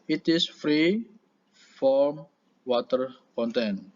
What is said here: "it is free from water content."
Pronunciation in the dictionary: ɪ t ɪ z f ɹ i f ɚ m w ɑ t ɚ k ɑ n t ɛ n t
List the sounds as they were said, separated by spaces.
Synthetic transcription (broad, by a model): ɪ t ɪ s f ɹ i f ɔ m w ɑ t ɚ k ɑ n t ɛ n